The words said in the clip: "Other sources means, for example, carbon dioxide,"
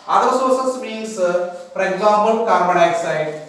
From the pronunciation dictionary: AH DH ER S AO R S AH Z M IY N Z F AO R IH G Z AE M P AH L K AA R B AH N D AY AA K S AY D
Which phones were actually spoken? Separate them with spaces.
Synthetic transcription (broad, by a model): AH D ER S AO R S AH S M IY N S F AO R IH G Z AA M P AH L K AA R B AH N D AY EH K S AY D